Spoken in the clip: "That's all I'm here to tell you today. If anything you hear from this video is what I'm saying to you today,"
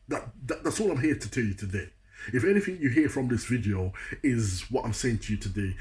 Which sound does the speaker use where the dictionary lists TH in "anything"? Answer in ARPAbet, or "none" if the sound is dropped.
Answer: TH